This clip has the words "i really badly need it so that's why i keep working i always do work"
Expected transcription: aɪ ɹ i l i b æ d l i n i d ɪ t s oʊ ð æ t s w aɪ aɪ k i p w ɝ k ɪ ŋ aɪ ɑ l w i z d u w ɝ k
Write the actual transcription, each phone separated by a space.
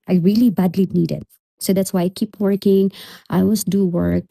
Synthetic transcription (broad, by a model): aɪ ɹ i l i b æ d l i n i d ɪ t s oʊ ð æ t s w aɪ aɪ k i p w ɝ k ɪ ŋ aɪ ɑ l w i s d u w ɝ k